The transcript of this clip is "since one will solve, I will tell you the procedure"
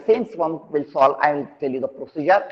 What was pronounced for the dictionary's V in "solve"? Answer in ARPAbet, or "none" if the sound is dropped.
none